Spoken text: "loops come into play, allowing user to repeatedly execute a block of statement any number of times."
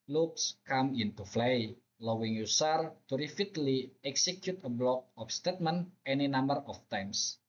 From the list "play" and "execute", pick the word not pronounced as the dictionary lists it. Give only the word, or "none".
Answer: play